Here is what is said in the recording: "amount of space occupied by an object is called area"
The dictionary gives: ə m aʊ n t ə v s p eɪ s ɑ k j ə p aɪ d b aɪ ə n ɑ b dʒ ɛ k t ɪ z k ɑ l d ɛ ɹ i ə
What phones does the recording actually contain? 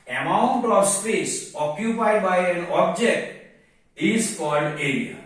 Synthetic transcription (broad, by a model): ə m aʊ n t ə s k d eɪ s ɑ k j ə p aɪ d b aɪ ə n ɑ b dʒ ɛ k t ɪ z k ɑ l d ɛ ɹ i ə